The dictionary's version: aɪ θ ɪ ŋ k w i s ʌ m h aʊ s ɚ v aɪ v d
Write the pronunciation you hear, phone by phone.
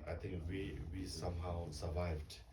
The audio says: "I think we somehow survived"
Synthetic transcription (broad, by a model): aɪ t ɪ ŋ k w i s ʌ m h aʊ s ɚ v aɪ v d